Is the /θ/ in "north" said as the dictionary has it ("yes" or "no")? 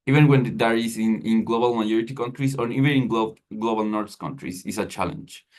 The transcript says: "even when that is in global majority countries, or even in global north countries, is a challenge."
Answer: no